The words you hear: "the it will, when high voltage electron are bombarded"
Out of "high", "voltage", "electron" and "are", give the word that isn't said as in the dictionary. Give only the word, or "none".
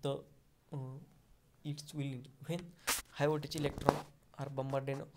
voltage